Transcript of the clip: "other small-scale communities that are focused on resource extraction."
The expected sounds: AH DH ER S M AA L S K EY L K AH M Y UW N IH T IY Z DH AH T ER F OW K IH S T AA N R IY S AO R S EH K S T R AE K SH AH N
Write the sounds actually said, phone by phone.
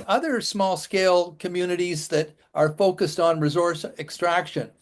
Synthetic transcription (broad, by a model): AH DH ER S M AA L S K EY L K AH M Y UW N IH T IY Z DH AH T ER F OW K IH S T N R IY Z AO R S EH K S T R AE K SH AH N